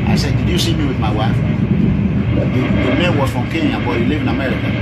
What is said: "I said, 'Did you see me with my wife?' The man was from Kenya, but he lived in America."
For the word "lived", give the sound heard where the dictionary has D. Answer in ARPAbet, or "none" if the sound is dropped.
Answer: none